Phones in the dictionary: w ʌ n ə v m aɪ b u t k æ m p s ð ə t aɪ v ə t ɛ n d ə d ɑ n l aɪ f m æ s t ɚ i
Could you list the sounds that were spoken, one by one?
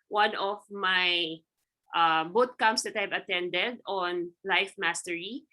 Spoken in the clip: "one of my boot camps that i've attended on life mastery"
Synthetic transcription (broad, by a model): w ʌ n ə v m aɪ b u t k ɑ m s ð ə t aɪ v ə t ɛ n d ə d ɑ n l aɪ f m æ s t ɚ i